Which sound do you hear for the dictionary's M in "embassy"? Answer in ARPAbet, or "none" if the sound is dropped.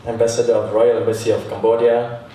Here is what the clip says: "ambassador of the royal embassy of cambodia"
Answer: none